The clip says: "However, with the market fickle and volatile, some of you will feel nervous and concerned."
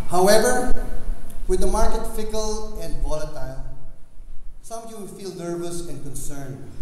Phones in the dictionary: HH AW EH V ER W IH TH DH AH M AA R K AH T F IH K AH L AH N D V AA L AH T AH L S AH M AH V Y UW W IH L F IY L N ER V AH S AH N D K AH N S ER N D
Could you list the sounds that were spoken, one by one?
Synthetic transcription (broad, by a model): HH AW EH V ER W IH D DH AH M AA R K AH T F IH K AH L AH N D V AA L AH T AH L S AH M AH V Y UW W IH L F IY L N ER V AH S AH N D K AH N S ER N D